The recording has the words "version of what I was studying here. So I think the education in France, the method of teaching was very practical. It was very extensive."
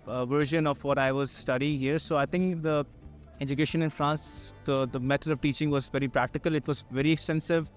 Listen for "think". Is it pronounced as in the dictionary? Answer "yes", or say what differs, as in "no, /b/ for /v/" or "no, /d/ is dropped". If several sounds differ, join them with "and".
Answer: no, /t/ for /θ/